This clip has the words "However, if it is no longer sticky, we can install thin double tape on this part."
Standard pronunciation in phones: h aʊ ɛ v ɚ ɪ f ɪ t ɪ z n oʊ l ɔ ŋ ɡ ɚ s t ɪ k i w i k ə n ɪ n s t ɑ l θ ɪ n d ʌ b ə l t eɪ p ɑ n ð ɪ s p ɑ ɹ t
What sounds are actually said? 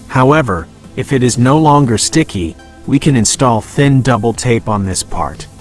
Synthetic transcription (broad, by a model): h aʊ ɛ v ɚ ɪ f ɪ t ɪ z n oʊ l ɔ ŋ ɡ ɚ s t ɪ k i w i k ə n ɪ n s t ɑ l θ ɪ n d ʌ b l t eɪ p n ð ɪ s p ɑ ɹ t